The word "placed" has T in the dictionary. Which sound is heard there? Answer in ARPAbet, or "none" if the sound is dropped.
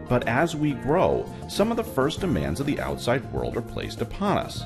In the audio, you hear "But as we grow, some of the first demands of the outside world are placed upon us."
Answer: T